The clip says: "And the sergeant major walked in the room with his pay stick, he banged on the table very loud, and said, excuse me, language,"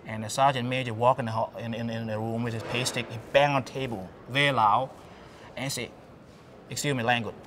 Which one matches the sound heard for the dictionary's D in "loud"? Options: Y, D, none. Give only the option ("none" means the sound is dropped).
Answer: none